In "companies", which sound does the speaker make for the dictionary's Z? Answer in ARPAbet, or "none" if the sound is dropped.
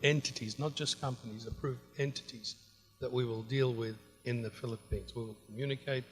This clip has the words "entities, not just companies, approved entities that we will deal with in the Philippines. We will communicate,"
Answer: Z